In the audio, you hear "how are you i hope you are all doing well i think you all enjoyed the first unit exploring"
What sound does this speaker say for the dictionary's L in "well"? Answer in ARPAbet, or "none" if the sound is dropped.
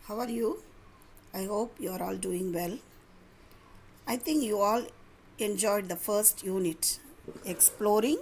L